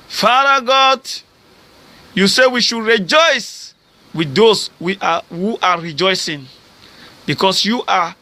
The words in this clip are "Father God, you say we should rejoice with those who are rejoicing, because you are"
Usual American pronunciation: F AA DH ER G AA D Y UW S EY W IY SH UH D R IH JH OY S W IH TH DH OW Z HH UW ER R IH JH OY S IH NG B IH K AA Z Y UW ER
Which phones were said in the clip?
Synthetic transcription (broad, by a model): F AA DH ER G AA D Y UW S EY W IY SH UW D R IH JH OY S W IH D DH OW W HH UW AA R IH JH OY S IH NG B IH K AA S Y UW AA